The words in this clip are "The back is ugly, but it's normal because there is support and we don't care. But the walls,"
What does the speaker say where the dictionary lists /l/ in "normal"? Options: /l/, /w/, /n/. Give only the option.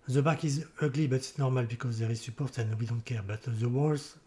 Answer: /l/